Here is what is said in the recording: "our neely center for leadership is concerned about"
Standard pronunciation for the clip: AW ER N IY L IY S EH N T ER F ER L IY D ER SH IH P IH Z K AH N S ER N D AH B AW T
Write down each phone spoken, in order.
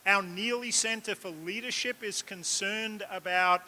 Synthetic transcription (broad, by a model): AW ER N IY L IY S EH N T ER F ER L IY D ER SH IH P IH Z K AH N S ER N D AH B AW T